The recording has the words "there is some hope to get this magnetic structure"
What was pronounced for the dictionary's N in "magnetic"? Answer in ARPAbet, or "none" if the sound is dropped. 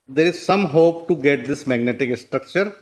N